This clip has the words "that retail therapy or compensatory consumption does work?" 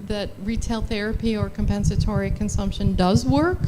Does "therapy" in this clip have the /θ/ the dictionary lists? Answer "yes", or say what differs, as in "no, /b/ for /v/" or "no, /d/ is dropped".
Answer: yes